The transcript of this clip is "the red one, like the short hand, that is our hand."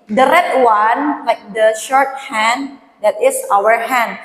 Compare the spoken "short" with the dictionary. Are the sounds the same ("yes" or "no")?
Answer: yes